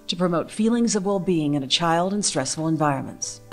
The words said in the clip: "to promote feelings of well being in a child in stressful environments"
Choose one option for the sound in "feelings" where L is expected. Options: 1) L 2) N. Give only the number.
1